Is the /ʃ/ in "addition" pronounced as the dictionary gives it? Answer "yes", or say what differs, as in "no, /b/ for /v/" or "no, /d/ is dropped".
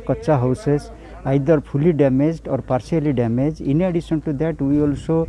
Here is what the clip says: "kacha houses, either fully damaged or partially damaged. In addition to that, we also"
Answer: no, /s/ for /ʃ/